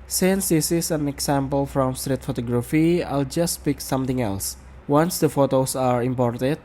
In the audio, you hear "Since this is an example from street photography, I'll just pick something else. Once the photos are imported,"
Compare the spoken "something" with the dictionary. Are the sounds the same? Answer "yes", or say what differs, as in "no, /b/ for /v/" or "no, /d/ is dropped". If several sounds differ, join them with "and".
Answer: no, /t/ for /θ/